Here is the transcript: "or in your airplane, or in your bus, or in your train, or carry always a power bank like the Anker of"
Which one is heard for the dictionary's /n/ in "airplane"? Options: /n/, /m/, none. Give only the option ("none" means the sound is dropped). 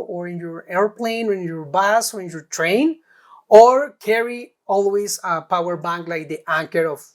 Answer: /n/